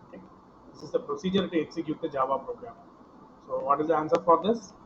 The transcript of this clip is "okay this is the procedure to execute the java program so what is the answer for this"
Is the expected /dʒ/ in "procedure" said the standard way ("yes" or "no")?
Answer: yes